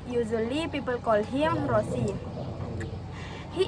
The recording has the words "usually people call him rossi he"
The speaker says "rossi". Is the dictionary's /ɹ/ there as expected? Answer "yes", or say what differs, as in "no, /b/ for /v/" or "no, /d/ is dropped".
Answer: yes